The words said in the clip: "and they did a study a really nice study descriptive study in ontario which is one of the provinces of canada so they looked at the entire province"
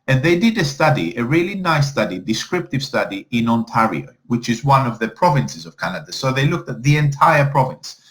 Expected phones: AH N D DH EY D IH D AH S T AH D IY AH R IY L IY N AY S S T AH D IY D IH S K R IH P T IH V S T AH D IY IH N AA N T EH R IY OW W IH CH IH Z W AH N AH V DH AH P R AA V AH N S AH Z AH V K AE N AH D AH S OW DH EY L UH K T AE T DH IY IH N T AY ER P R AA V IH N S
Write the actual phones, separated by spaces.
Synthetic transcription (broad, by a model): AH N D DH EY D IH D AH S T AH D IY AH R IY L IY N AY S S T AH D IY D IH S K R IH P T IH V S T AH D IY IH N AA N T EH R IY OW W IH CH IH Z W AH N AH V DH AH P R AA V AH N S AH Z AH V K AE N AH D AH S OW DH EY L UH K T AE T DH IY IH N T AY ER P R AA V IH N S